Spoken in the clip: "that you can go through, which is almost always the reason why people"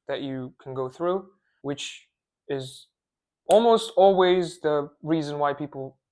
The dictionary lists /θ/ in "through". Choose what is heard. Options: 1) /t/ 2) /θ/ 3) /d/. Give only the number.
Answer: 2